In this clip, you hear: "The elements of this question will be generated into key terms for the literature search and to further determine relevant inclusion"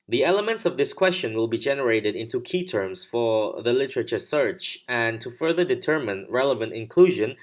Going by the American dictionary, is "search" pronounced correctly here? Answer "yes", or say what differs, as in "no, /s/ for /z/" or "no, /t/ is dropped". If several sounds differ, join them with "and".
yes